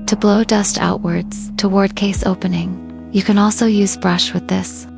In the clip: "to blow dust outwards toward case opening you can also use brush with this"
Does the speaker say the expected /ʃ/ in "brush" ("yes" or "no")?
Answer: yes